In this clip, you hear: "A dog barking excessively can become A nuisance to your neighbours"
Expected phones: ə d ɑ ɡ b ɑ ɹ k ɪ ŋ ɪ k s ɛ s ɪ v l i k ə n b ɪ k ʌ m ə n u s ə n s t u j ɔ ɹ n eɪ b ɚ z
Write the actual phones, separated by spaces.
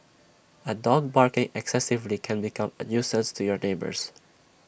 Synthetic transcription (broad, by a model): ə d ɑ ɡ b ɑ ɹ k ɪ ŋ ɪ k s ɛ s ɪ v l i k ə n b ɪ k ʌ m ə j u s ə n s t u j ɔ ɹ n eɪ b ɚ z